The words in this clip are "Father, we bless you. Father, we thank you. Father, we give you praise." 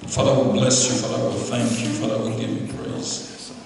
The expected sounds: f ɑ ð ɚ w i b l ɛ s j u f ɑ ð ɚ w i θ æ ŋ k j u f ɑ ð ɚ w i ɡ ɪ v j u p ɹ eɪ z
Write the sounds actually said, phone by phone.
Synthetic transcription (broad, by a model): f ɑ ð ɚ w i b l ɛ s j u f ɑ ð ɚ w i θ æ ŋ k j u f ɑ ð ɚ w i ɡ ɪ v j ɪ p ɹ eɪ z